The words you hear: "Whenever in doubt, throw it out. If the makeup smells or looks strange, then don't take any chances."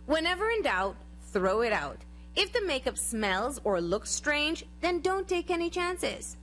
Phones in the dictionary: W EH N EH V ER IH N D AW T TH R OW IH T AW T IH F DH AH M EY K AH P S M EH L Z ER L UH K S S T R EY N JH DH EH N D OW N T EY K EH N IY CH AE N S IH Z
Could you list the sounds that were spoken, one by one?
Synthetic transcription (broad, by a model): W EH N EH V ER IH N D AW T TH R OW IH T AW T IH F DH AH M EY K AH P S M EH L Z ER L UH K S S T R EY N JH DH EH N D OW N T EY K EH N IY CH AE N S IH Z